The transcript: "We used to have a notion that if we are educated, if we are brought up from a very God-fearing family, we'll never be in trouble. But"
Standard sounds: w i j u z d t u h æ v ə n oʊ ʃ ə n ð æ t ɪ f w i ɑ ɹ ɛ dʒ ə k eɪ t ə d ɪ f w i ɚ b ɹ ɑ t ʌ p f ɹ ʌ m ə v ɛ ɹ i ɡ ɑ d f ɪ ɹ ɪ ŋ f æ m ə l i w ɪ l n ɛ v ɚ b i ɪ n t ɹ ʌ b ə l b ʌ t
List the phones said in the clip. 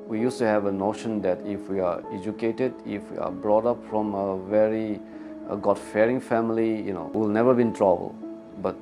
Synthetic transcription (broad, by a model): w i j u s t u h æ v ə n oʊ ʃ ə n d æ t ɪ f w i ɑ ɹ ɛ dʒ ə k eɪ t ə d ɪ f w i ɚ b ɹ ɑ t ʌ p f ɹ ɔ m ə v ɛ ɹ i ɡ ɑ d f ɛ ɹ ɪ ŋ f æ m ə n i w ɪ l n ɛ v ɚ b i n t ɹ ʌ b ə l b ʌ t